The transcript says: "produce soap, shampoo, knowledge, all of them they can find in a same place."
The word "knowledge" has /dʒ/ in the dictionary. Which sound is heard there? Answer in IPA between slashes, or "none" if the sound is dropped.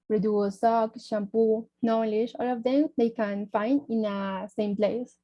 /ʃ/